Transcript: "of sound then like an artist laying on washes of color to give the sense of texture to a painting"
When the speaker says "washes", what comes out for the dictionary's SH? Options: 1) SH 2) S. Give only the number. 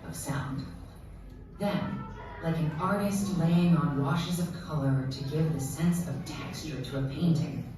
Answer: 1